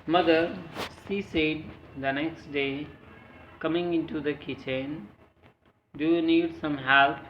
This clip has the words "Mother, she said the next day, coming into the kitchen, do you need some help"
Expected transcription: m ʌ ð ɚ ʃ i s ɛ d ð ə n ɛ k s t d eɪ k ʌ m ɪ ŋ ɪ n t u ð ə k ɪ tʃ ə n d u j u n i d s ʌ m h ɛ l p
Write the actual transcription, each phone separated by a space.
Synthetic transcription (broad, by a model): m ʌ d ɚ s i s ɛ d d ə n ɛ k s t d eɪ k ʌ m ɪ ŋ ɪ n t u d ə k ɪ tʃ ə n d u j u n i d s ʌ m h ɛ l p